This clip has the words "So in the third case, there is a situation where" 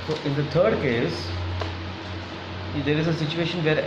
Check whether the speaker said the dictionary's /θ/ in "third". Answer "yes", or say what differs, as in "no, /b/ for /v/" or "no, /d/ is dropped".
no, /t/ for /θ/